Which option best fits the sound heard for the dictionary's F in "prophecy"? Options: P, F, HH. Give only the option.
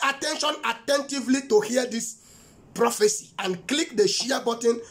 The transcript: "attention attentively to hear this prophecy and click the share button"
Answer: F